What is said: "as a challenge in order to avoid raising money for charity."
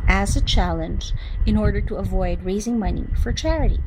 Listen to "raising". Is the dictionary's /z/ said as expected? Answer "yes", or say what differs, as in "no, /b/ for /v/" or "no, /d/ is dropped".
yes